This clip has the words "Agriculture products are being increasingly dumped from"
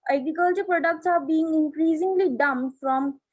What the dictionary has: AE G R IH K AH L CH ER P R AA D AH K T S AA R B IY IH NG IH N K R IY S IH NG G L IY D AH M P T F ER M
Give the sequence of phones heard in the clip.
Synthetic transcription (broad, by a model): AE G R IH K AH L CH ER P R AA D AH K T S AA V B IY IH NG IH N K R IY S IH NG G L IY D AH M F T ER M